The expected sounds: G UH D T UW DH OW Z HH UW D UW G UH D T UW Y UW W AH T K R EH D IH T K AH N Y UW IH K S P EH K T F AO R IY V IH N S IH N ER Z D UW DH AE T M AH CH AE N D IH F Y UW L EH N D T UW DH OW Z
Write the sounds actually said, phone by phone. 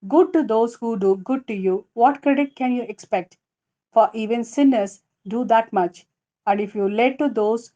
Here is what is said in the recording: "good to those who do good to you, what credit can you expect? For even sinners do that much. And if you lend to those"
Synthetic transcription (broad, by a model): G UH D T UW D OW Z HH UW D UW G UH D T UW Y UW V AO T K R EH D IH T K AH N Y UW IH K S P EH K T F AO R IY V IH N S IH N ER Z D UW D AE T M AH CH AE N D IH F Y UW L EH D T UW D OW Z